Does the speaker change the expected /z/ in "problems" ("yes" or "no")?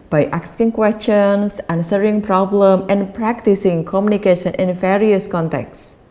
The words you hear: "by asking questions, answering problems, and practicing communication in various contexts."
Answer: yes